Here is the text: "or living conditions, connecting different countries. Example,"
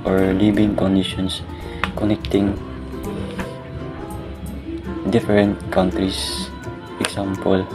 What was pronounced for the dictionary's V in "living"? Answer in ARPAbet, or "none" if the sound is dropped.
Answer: B